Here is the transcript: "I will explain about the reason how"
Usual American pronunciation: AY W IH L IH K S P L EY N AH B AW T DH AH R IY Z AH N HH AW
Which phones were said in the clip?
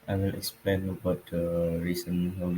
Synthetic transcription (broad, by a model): AY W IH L IH K S P L EY N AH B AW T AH R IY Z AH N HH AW